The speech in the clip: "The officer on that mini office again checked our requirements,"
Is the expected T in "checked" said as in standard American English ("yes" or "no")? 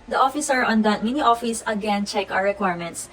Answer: no